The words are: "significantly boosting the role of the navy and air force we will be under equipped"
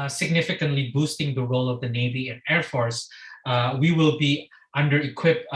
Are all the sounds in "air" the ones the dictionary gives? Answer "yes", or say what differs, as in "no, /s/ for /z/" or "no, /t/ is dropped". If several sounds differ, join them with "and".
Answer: yes